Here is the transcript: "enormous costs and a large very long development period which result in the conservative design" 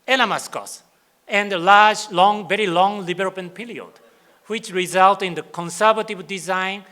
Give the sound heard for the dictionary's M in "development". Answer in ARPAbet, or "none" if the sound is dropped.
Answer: none